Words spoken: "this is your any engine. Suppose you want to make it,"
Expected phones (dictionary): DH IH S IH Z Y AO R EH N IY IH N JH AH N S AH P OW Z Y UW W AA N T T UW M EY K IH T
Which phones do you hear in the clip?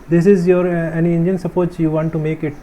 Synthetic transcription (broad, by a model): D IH S IH Z Y AO R EH N IY IH N JH AH N S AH P OW S Y UW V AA N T T UW M EY K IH T